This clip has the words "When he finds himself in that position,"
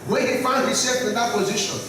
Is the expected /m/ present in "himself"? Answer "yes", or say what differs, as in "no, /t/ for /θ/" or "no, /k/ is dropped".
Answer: no, /m/ is dropped